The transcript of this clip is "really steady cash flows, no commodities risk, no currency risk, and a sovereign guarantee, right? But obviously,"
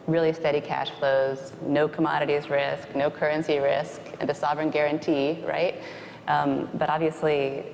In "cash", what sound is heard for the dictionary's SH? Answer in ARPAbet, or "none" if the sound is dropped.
SH